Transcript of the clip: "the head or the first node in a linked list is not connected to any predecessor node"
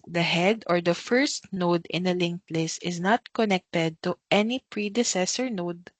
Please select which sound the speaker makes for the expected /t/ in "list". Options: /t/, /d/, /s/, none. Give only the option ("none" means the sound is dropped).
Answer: none